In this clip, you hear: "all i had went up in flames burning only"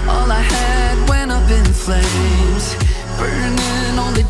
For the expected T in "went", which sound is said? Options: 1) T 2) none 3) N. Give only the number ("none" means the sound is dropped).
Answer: 2